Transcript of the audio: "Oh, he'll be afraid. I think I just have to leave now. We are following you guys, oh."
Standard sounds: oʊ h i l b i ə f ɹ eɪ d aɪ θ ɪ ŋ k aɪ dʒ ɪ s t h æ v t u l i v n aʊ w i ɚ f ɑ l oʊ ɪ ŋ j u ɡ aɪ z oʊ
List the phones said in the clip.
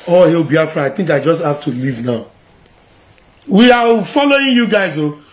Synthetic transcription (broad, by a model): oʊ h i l b i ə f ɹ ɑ aɪ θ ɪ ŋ k aɪ dʒ ɪ s t h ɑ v t u l i v n aʊ w i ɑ f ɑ l oʊ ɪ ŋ j u ɡ aɪ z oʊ